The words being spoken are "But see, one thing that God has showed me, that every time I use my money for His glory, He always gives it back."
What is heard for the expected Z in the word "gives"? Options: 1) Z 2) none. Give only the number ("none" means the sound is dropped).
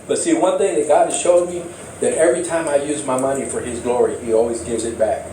1